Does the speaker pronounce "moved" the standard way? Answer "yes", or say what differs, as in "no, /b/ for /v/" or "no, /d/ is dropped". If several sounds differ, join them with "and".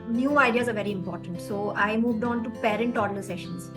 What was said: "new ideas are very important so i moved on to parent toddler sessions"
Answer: yes